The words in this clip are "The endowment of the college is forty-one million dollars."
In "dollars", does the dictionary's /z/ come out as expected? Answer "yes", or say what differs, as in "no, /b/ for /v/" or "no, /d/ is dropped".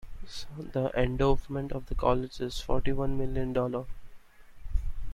no, /z/ is dropped